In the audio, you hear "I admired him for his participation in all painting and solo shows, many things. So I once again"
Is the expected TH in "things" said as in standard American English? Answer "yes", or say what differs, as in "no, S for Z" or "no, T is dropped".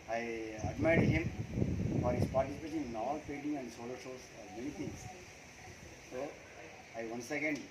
no, T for TH